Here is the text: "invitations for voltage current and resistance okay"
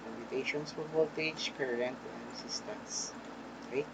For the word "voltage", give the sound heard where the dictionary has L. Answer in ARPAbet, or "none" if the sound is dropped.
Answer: none